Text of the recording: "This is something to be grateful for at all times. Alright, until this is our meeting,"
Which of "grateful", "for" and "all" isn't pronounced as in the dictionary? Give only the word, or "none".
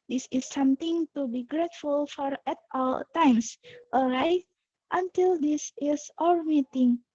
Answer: none